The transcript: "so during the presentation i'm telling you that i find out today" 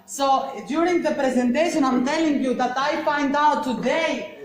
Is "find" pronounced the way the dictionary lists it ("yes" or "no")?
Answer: no